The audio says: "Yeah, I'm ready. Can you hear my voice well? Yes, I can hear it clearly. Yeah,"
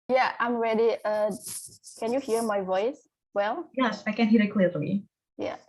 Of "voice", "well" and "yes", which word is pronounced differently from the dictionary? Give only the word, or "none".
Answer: none